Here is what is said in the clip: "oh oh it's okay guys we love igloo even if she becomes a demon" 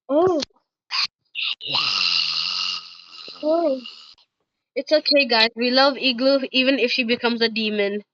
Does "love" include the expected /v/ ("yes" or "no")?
yes